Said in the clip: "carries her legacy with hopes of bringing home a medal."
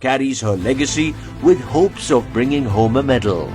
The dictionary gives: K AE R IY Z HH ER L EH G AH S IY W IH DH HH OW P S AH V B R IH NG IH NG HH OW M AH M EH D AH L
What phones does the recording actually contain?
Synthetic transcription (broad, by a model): K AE R IY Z HH ER L EH G AH S IY W IH DH HH OW P S AH V B R IH NG IH NG HH OW M AH M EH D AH L